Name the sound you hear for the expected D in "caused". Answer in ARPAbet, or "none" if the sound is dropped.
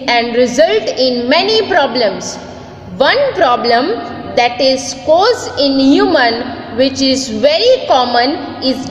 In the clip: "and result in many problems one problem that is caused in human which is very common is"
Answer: none